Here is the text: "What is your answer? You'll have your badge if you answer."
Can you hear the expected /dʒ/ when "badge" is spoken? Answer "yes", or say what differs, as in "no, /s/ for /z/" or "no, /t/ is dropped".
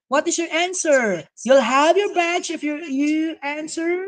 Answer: no, /tʃ/ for /dʒ/